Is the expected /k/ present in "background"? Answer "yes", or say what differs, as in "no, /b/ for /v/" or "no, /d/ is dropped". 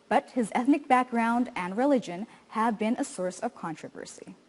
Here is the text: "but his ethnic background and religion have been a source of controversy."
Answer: yes